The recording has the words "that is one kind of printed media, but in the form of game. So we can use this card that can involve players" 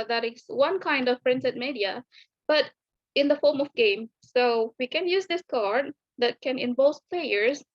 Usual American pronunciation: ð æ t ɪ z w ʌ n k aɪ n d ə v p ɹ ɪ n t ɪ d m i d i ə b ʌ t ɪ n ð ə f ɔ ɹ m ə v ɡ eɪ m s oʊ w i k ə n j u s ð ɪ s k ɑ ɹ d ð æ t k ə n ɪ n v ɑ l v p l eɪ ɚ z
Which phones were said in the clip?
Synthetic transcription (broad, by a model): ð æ t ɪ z w ʌ n k aɪ n d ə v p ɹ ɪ n s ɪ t m i d i ə b ʌ t ɪ n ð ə f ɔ m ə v ɡ eɪ m s oʊ w i k ə n j u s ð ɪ s k ɑ ɹ d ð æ t k ə n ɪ n b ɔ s p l eɪ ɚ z